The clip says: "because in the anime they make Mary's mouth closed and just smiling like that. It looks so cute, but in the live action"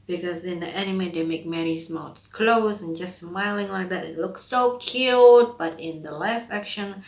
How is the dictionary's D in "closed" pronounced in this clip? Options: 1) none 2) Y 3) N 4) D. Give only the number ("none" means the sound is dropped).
1